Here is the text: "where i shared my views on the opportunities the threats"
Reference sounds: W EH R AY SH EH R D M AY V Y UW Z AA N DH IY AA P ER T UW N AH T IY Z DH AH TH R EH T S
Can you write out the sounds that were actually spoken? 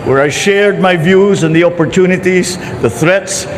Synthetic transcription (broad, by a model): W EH R AY SH EH R D M AY V Y UW Z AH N DH IY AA P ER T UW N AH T IY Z DH AH TH R EH T S